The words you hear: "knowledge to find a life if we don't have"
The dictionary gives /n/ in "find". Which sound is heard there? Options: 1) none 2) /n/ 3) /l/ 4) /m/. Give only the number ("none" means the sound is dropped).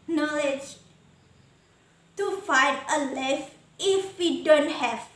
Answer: 1